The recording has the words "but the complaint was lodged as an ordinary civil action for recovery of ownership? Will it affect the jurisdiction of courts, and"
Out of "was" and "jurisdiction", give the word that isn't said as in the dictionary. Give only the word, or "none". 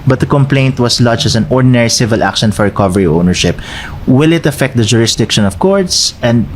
was